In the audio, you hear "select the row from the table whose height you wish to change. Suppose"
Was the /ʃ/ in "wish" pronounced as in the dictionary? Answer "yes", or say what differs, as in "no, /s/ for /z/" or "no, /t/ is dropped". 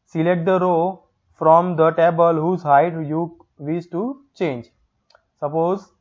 no, /s/ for /ʃ/